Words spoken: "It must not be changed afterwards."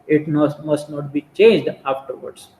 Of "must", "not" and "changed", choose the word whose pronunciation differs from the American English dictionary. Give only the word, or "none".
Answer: none